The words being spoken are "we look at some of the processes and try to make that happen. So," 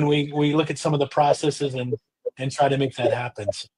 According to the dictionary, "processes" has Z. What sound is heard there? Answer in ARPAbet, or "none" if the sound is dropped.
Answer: Z